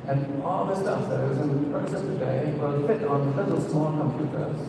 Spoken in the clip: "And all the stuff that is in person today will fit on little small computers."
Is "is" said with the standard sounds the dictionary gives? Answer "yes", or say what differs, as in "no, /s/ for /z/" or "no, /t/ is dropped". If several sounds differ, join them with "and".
yes